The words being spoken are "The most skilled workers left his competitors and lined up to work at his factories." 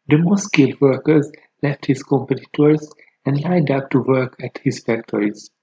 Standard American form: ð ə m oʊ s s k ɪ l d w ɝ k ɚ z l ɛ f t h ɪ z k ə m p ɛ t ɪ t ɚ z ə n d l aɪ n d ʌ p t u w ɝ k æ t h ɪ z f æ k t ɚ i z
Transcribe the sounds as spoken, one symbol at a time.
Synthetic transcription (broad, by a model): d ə m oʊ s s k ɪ l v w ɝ k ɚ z l ɛ f t h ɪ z k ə m p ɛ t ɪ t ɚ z ə n d l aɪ d ʌ p t u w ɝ k æ t h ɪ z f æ k t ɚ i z